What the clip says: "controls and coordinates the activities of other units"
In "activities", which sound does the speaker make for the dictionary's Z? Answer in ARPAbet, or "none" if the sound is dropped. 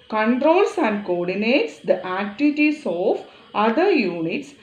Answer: S